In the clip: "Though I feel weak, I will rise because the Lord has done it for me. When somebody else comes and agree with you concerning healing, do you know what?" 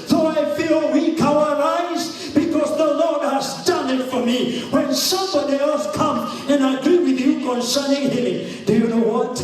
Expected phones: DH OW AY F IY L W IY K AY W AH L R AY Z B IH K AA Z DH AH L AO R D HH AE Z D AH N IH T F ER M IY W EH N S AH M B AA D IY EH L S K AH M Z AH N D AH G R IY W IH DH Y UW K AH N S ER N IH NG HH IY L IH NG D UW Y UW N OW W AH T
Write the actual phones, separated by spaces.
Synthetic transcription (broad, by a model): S OW AY F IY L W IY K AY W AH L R AY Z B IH K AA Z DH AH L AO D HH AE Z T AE N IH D F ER M IY W EH N S AH M B AA D IY EH L S K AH M AH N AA AH G R IY W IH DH Y UW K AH N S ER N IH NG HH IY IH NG D UW Y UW N OW W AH T